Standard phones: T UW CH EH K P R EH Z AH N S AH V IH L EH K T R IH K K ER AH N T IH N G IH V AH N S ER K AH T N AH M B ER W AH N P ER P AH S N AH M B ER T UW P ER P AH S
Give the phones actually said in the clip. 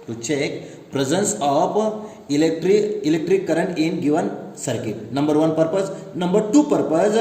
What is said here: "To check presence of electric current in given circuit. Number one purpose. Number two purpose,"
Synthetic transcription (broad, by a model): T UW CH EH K P R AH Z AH N S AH P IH L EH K T R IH K K ER AH N T IH N G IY V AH N S ER K AH T N AH M B ER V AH N P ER P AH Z N AH M B ER T UW P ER P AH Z